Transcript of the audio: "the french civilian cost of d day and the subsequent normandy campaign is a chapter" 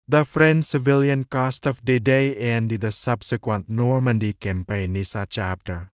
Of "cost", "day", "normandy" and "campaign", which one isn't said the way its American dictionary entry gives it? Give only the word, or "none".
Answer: none